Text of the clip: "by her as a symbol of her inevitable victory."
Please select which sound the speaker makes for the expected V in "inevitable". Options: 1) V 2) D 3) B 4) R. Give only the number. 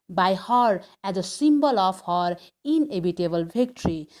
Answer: 3